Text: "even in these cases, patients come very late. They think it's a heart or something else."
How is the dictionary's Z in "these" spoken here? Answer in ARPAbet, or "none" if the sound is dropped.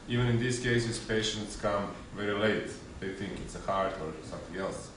S